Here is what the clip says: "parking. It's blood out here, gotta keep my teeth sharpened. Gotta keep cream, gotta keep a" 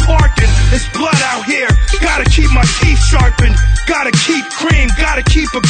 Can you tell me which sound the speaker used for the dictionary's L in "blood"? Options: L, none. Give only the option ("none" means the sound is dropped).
L